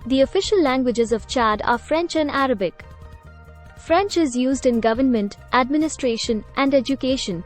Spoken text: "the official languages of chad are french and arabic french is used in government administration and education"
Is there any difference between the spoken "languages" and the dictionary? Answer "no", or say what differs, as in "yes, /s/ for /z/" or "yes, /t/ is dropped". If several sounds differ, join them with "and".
no